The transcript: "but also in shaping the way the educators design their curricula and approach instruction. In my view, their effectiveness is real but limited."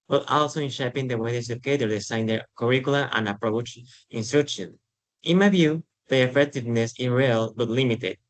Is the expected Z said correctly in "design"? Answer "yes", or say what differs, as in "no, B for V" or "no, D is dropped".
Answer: no, S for Z